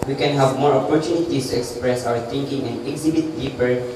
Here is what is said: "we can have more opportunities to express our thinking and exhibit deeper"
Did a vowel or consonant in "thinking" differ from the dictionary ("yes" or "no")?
yes